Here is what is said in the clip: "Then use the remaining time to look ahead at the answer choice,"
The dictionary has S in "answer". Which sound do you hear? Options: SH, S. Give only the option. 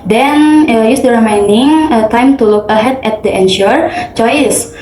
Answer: SH